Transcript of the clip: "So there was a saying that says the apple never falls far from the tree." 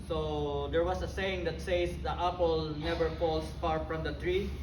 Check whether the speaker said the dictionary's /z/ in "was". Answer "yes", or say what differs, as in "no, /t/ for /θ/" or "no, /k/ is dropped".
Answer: no, /s/ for /z/